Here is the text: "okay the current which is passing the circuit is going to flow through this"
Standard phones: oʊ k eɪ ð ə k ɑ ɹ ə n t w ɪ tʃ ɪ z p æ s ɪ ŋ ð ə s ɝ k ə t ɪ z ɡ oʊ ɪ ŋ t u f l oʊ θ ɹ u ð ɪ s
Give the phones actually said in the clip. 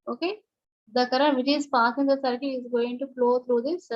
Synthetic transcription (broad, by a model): oʊ k eɪ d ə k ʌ ɹ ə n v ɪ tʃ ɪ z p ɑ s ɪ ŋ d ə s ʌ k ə ɪ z ɡ oʊ ɪ ŋ t u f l oʊ t ɹ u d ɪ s